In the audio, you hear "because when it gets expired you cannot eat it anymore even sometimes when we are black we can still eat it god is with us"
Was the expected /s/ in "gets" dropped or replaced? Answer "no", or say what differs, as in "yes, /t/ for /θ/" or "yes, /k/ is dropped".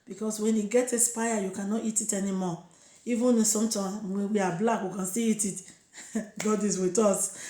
yes, /s/ is dropped